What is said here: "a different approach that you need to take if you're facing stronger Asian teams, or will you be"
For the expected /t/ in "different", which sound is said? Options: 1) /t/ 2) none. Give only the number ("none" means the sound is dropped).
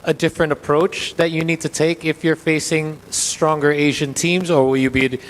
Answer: 1